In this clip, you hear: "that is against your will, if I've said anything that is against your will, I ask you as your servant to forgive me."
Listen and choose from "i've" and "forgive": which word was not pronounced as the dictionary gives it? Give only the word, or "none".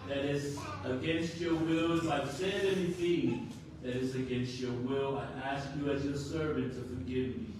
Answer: none